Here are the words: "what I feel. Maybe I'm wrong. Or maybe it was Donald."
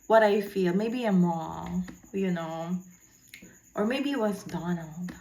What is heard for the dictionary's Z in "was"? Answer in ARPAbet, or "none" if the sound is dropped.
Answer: S